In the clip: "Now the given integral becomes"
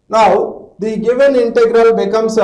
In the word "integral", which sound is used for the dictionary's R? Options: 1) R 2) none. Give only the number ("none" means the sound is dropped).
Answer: 1